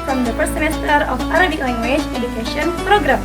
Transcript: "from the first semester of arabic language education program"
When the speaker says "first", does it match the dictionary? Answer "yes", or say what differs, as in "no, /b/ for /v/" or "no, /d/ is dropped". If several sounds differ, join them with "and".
no, /p/ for /f/ and /s/ is dropped